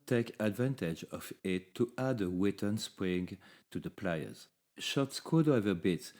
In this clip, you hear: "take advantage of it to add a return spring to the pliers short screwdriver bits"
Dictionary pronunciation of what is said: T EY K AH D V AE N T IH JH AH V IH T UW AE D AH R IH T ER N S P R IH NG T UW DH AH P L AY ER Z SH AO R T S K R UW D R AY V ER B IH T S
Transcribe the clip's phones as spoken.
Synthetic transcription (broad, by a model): T EY K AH D V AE N T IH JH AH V IH T UW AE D AH W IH T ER N S P R IH NG T UW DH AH P L AY ER Z SH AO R T S K UW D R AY V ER B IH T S